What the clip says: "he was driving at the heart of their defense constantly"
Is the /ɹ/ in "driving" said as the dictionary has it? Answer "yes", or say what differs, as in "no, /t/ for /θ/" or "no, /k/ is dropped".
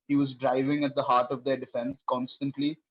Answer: yes